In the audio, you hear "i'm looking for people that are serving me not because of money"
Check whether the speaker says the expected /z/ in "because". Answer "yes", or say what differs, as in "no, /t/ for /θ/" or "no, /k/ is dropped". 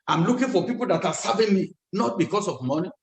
no, /s/ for /z/